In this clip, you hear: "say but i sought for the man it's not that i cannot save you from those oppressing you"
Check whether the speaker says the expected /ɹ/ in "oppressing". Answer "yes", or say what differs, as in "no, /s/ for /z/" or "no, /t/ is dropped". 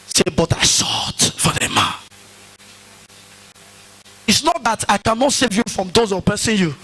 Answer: no, /ɹ/ is dropped